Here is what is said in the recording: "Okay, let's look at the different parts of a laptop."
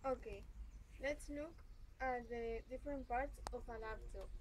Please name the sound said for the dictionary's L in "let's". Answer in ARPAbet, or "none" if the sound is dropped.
L